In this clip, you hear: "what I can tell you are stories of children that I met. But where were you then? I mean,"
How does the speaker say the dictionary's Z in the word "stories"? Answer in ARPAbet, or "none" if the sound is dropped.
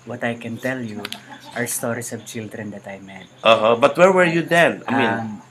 S